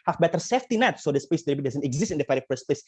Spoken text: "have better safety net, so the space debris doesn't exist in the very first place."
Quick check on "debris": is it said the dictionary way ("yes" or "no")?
no